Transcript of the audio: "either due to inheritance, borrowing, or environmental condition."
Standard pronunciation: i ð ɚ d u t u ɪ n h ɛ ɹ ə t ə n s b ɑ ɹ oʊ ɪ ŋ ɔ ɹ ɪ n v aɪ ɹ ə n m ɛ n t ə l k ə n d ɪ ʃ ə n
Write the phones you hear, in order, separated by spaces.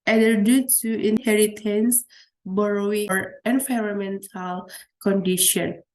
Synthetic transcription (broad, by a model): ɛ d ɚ d u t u ɪ n h ɛ ɹ ə t ə n s b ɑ ɹ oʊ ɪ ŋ ɔ ɹ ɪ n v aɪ ɹ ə m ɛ n t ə l k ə n d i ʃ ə n